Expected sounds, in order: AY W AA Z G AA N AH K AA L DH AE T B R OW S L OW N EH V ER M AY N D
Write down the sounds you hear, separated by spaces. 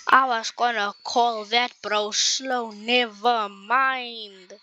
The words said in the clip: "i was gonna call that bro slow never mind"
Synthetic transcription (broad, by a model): AY W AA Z G AA N AH K AA L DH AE T B R OW S L OW N EH V ER M AY N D